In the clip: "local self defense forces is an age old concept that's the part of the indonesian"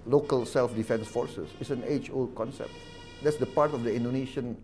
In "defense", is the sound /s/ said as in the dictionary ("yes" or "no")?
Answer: yes